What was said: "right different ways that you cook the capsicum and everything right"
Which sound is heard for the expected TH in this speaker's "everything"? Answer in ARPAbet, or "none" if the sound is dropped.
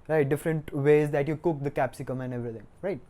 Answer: T